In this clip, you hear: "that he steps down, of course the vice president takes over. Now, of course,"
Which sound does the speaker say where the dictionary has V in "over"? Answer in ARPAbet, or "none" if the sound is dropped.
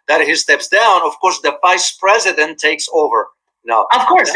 V